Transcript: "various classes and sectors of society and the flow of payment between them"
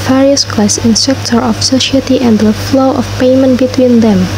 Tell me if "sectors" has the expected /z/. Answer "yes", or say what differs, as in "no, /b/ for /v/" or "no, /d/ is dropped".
no, /z/ is dropped